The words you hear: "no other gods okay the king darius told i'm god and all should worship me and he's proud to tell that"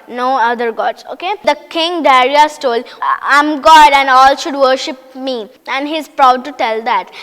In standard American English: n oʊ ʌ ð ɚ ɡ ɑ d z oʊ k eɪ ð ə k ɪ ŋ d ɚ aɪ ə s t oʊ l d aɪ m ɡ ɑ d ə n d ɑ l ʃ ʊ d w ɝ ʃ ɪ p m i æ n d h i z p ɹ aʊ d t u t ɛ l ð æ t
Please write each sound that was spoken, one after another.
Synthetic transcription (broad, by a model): n oʊ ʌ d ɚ ɡ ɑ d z oʊ k eɪ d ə k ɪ ŋ d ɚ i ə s t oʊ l aɪ m ɡ ɑ d ə n d ɑ l ʃ ʊ d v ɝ ʃ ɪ p m i æ n d h i z p ɹ aʊ d t u t ɛ l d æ t